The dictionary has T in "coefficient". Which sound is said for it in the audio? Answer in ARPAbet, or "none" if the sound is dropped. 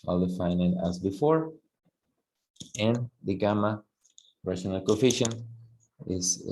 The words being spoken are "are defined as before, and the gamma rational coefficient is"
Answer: none